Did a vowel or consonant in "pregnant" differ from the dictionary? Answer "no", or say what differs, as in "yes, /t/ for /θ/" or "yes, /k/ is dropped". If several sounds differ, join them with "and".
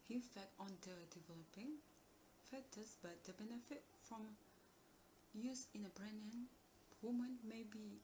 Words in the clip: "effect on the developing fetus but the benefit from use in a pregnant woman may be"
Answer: yes, /b/ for /p/